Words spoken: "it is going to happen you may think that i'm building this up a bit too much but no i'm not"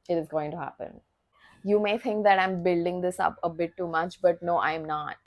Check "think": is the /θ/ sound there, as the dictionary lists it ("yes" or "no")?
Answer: no